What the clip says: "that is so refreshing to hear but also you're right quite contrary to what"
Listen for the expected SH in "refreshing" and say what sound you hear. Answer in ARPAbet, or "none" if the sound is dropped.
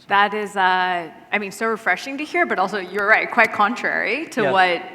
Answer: SH